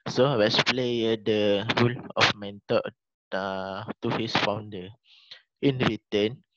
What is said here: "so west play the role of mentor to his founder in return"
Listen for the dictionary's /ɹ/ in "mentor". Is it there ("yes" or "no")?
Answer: no